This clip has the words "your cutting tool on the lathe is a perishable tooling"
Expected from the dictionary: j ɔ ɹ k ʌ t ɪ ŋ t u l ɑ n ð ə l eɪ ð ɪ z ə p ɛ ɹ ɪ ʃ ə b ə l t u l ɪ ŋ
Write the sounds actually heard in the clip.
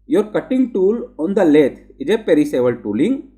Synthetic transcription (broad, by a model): j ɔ ɹ k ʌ t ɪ ŋ t u l ɑ n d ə l eɪ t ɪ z ə p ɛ ɹ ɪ s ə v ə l t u l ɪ ŋ